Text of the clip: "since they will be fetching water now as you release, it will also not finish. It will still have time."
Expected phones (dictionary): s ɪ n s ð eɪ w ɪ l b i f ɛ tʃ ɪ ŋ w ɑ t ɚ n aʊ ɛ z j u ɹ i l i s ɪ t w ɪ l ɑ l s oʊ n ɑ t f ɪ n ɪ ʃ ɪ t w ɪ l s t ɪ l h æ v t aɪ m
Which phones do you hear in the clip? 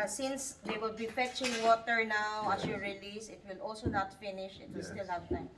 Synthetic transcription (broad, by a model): s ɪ n s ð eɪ w ɪ l b i f ɛ tʃ ɪ ŋ w ɑ t ɚ n aʊ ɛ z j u ɹ i l i s ɪ t w ɪ l ɑ l s oʊ n ɑ t f ɪ n ɪ ʃ ɪ t w ɪ l s t ɪ l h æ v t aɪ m